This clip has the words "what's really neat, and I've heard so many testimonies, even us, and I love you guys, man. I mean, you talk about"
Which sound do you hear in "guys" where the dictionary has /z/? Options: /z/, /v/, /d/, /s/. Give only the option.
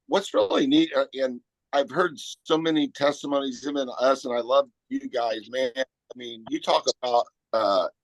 /z/